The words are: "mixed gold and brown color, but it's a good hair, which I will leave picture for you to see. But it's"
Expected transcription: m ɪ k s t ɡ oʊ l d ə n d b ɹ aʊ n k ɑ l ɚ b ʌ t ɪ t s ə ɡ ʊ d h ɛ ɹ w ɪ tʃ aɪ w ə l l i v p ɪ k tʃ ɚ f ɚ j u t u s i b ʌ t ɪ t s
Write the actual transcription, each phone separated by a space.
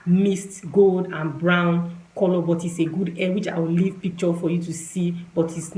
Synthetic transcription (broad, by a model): m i s t ɡ oʊ l d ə n b ɹ aʊ n k ɑ l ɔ b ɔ t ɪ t s ə ɡ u d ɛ w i tʃ aɪ w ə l l i v p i k tʃ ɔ f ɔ j u t u s i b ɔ t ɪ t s